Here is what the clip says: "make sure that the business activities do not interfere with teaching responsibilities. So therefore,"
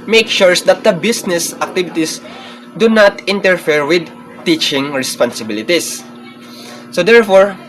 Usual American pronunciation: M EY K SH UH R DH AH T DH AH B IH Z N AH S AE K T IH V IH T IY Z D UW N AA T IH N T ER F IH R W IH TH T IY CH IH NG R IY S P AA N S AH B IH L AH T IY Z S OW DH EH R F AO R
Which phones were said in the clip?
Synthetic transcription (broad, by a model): M EY K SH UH R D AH T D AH B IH S N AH S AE K T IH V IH T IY S D UW N AA T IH N T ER F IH R W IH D T IY CH IH NG R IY S P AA N S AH B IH L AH T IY S OW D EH R F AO R